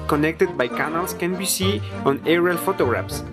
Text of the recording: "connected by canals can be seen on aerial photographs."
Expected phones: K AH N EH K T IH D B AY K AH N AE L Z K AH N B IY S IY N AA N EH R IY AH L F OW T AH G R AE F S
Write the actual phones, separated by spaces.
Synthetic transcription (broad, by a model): K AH N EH K T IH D B AY K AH N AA L S K AH N B IY S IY AA N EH R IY L F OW T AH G R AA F S